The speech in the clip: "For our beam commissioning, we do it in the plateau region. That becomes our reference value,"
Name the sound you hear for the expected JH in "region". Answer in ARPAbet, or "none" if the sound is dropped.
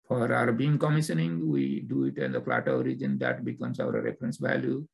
JH